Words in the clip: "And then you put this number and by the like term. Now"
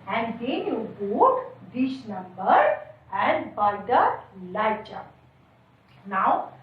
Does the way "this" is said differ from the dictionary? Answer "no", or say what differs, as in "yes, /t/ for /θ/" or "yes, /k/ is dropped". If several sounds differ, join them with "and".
yes, /ʃ/ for /s/